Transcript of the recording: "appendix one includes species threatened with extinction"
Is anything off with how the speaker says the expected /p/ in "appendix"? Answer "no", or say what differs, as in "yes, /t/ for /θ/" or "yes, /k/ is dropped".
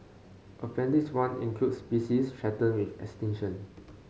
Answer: yes, /f/ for /p/